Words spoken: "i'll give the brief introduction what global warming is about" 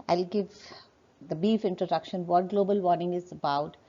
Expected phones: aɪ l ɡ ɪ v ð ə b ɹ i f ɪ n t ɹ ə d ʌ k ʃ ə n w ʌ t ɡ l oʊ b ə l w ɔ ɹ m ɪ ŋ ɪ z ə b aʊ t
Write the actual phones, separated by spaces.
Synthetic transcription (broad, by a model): aɪ l ɡ ɪ v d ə b i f ɪ n t ɹ ə d ʌ k ʃ ə n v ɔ t ɡ l oʊ b ə l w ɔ ɹ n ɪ ŋ ɪ z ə b aʊ t